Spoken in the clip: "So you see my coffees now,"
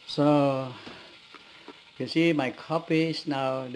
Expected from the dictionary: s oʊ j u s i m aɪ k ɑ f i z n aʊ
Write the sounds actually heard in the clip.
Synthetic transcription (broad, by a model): s oʊ j u s i m aɪ k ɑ p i s n aʊ